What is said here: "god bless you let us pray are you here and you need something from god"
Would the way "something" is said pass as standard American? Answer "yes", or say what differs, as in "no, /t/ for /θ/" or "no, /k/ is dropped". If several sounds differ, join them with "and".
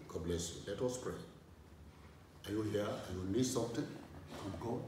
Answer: no, /t/ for /θ/